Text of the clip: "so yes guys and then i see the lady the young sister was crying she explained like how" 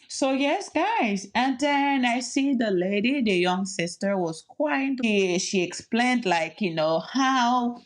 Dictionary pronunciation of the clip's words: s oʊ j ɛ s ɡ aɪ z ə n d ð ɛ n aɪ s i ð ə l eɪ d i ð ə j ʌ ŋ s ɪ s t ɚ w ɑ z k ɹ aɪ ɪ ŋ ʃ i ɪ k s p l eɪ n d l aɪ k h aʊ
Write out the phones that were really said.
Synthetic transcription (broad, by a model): s oʊ j ɛ s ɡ aɪ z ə n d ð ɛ n aɪ s i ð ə l eɪ d i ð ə j ʌ ŋ s ɪ s t ɚ w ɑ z k w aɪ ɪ ʃ i ɪ k s p l eɪ n d l aɪ k h aʊ